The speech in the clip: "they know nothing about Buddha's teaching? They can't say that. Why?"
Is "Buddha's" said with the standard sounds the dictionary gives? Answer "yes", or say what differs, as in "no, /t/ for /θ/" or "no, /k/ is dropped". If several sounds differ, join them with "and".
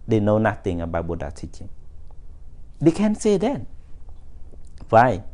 no, /z/ is dropped